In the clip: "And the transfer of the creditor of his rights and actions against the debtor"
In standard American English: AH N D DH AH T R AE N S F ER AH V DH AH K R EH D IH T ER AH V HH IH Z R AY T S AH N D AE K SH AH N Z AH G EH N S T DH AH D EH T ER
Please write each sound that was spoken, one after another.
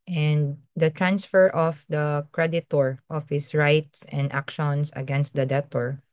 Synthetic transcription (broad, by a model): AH N D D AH T R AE N S F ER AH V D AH K R EH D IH T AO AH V HH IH S R AY T S AH N D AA K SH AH N S AH G EH N S T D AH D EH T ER